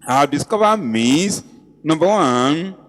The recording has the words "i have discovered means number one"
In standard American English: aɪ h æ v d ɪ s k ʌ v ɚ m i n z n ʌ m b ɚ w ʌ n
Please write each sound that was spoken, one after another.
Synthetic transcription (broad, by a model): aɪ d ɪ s k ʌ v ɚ m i z n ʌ m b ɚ w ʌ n